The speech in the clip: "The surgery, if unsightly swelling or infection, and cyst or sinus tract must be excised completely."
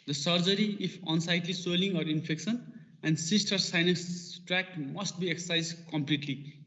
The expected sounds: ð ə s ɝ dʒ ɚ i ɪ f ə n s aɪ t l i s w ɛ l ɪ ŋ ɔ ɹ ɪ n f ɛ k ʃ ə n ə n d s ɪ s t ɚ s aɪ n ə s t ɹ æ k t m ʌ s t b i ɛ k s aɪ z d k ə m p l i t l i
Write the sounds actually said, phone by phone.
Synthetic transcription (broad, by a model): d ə s ɝ dʒ ɚ i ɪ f ə n s aɪ t l i s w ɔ l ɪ ŋ ɔ ɹ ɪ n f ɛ k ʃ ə n ə n d s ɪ s t ɚ s aɪ n ə s t ɹ æ k t m ʌ s t b i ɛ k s aɪ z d k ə m p l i t l i